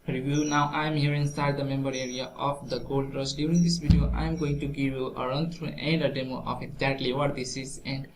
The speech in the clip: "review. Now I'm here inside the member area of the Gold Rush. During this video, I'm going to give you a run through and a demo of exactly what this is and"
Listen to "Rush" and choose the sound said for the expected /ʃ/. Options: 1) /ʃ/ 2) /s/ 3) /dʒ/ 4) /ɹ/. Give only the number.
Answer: 2